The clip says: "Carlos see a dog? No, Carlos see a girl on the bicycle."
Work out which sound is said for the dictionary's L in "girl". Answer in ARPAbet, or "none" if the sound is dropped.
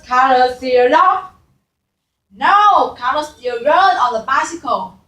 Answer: N